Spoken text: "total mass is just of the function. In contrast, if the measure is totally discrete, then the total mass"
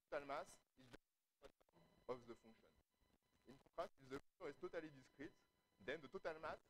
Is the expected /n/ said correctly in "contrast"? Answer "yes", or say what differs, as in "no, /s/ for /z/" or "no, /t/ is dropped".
no, /n/ is dropped